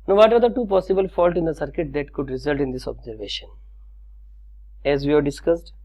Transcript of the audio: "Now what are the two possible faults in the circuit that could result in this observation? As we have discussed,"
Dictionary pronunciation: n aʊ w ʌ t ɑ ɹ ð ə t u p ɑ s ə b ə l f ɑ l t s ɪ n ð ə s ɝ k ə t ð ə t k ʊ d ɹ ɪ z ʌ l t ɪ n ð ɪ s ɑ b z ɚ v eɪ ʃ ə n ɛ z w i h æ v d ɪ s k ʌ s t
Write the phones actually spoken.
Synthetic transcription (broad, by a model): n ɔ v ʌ t ɑ ɹ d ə t u p ɑ s ə b ə l f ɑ l t ɪ n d ə s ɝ k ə t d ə t k ʊ d ɹ ɪ z ʌ l t ɪ n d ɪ s ɑ b z ɚ v eɪ ʃ ə n ɛ z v i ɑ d d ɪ s k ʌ s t